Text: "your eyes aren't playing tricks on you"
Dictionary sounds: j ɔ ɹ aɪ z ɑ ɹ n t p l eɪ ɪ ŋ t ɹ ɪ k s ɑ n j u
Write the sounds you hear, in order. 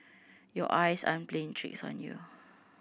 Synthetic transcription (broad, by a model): j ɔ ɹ aɪ s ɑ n p l eɪ ɪ ŋ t ɹ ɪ k s ɑ n j u